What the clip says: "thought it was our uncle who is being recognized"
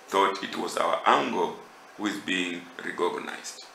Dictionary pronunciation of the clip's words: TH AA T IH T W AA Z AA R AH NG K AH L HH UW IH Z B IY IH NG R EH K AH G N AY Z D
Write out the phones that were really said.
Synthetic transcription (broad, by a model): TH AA T IH T W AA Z AA W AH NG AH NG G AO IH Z B IY IH NG R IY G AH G N AY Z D